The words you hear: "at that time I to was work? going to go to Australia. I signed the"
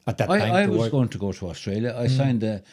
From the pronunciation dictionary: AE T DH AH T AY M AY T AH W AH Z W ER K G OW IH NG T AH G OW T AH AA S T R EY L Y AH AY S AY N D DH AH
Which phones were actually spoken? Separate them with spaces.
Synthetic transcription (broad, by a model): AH T DH AH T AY AY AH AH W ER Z G OW IH NG T AH G OW T AH AA S T R EY L Y AH AY S AY N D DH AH